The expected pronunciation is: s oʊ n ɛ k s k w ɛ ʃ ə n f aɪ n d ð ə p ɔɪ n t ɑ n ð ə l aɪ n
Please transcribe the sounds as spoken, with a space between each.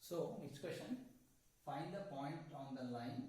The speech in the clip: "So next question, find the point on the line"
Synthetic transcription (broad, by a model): s oʊ n ɛ k s k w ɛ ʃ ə n f aɪ n d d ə p ɔɪ n t ɑ n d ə l aɪ n